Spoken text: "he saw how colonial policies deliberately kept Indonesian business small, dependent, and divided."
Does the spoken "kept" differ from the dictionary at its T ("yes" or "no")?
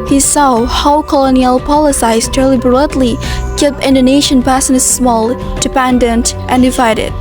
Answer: yes